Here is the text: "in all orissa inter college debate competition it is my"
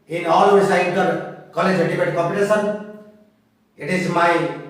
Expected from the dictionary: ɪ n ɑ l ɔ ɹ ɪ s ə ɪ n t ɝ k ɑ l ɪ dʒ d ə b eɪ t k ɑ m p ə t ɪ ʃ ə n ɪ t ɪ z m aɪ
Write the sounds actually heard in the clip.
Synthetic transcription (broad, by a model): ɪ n ɑ l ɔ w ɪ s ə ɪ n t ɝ k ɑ l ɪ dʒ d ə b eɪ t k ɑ p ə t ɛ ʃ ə n ɪ t ɪ z m aɪ